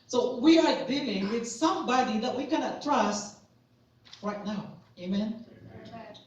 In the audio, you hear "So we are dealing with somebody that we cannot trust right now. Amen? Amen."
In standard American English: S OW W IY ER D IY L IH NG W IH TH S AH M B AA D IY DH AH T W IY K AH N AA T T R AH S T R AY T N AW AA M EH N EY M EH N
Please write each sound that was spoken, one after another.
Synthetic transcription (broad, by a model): S OW W IY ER D IY L IH NG W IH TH S AH M B AA D IY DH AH T W IY K AH N AA T T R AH S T R AY T N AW AA UH EY M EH N